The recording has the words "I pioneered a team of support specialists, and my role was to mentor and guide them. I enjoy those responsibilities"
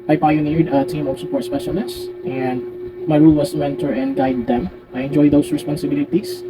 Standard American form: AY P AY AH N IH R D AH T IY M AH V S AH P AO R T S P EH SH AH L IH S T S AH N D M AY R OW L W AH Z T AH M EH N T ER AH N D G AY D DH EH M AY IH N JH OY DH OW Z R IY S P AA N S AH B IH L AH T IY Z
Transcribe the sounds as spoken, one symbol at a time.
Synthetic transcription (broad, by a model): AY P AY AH N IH R D AH T IY M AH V S AH P AO R T S P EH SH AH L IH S T AH N D M AY R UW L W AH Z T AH M EH N T ER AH N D G AY D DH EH M AY IH N JH OY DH OW S R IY S P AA N S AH B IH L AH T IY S